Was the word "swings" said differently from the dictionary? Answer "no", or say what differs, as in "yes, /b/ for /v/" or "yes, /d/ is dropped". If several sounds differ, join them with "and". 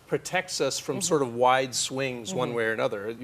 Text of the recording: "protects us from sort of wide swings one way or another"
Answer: no